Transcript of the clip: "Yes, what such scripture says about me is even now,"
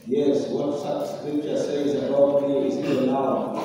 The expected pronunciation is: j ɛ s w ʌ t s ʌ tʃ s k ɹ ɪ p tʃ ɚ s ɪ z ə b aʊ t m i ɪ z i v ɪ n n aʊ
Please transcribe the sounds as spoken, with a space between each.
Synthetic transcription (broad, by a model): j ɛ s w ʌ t s ʌ tʃ s k ɹ ɪ p tʃ ɚ s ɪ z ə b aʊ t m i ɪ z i ɪ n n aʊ